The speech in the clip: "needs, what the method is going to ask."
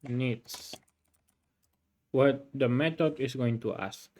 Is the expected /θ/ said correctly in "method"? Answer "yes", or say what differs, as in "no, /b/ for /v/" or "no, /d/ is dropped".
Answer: no, /t/ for /θ/